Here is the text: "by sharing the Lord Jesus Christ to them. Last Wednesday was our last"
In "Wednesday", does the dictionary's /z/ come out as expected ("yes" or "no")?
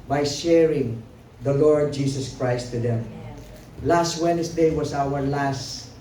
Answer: no